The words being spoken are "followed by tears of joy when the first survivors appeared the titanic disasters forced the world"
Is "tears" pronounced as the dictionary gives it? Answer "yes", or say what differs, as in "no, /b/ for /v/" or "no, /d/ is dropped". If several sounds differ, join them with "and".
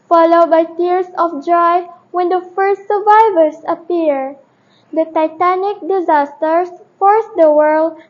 no, /s/ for /z/